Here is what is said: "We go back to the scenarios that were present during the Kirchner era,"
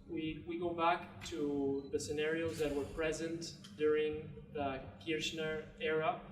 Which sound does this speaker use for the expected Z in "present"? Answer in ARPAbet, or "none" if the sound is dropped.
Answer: Z